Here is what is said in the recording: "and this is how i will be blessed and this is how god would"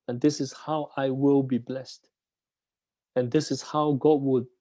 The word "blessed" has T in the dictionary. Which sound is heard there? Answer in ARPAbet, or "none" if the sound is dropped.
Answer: T